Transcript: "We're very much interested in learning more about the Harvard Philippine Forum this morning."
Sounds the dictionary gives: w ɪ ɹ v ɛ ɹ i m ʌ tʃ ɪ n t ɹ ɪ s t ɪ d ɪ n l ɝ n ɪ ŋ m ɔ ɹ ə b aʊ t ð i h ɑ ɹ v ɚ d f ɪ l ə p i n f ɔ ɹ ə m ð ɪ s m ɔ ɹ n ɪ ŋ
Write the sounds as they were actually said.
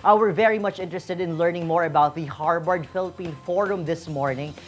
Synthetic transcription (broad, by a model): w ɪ ɹ v ɛ ɹ i m ʌ tʃ ɪ n t ɹ ɪ s t ɪ d ɪ n l ɝ n ɪ ŋ m ɔ ɹ ə b aʊ t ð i h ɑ ɹ b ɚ d f ɪ l ə p i n f ɔ ɹ ə m ð ɪ s m ɔ ɹ n ɪ ŋ